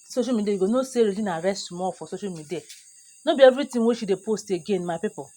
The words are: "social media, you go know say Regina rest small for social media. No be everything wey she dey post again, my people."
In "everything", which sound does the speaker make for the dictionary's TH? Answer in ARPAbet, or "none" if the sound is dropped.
T